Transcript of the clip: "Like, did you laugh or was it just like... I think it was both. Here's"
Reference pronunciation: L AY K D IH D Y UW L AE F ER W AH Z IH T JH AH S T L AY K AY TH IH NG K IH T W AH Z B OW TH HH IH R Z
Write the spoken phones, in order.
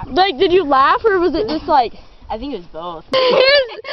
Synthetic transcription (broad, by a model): L AY K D IH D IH L AE F ER W AH Z IH T JH AH S T L AY K AY TH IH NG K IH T W AH Z B OW TH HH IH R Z